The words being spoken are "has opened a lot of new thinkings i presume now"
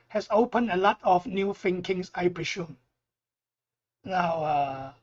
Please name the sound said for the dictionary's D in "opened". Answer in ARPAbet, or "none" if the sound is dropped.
none